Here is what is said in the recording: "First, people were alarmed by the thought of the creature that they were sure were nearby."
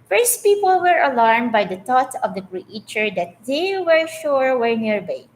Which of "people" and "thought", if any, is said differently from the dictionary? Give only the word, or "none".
thought